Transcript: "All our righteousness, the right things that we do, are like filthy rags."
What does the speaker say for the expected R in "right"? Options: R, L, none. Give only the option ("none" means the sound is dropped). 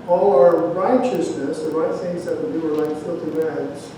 R